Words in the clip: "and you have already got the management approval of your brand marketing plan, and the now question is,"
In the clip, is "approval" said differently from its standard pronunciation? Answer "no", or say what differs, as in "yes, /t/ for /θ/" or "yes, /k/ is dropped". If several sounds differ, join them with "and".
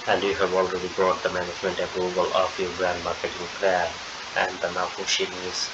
yes, /b/ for /v/